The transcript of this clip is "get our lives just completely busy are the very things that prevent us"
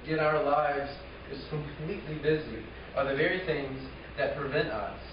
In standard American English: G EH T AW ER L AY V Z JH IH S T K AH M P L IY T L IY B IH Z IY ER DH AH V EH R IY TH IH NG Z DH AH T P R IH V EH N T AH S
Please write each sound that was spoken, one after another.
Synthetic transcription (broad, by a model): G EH T AW ER L AY V Z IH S K AH M P L IY T L IY B IH Z IY ER DH AH V EH R IY TH IH NG Z DH AH T P R IH V EH N T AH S